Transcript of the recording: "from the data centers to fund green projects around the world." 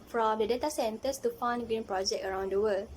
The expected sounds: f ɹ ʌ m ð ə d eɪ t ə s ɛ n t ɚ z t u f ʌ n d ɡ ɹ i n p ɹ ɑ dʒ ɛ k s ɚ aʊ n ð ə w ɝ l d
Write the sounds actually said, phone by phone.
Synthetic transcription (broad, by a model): f ɹ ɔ m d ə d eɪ t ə s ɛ n t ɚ s t u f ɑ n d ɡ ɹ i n p ɹ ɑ dʒ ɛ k ɚ aʊ n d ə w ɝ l